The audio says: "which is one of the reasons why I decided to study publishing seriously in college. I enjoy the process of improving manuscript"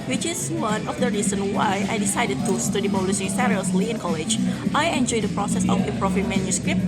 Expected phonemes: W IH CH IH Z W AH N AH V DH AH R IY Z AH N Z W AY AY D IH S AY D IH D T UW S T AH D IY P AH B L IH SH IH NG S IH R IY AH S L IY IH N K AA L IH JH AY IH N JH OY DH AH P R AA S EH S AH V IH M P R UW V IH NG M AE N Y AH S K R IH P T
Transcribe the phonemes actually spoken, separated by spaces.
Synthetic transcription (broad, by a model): W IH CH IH S W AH N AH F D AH R IY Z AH N W AY AY D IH S AY D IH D T UW S T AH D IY B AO L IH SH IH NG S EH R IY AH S L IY IH N K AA L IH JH AY IH N JH OY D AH P R AA S EH S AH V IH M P R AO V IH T M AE N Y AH S K R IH P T